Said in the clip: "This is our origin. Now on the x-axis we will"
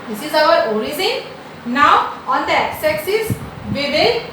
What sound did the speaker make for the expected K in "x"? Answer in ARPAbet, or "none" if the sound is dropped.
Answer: none